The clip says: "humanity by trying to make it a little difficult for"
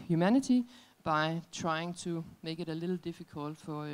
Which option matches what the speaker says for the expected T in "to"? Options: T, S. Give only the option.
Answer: S